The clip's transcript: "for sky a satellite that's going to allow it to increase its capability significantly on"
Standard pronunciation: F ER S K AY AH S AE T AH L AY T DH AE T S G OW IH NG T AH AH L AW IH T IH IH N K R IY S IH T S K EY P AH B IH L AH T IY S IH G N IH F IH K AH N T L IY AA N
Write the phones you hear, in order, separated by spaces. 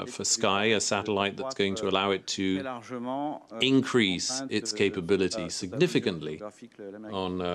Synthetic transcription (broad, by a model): F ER S K AY AH S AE T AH L AY T DH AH T S G OW IH NG T AH AH L AW IH T IH IH N K R IY S IH T S K EY P AH B IH L AH T IY S IH G N IH F IH K AH N T L IY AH N